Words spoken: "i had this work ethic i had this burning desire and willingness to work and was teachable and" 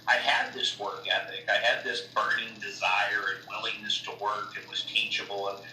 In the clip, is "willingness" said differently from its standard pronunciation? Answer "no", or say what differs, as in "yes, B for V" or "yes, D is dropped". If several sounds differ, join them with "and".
no